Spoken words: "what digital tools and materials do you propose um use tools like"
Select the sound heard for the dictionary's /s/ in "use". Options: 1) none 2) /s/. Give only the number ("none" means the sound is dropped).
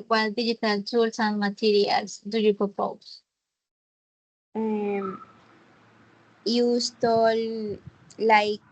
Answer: 2